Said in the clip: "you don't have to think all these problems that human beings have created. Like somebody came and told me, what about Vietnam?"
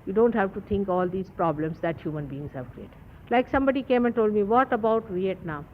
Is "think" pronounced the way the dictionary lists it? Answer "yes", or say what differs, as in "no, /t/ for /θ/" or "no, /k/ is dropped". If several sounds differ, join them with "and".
no, /t/ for /θ/